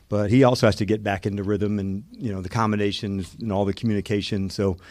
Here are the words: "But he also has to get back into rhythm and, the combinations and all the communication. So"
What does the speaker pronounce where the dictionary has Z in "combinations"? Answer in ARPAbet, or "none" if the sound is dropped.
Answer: Z